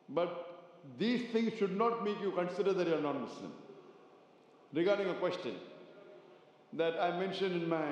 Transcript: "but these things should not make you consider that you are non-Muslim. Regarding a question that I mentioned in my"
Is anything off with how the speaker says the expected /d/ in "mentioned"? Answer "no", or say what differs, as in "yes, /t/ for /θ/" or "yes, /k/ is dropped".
no